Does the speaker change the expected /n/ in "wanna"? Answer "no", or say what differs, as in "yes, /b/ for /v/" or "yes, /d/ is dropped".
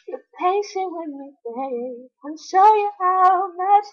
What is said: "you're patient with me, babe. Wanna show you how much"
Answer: yes, /n/ is dropped